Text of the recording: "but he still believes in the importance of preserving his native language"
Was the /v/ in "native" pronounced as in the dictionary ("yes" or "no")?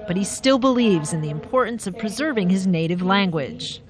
yes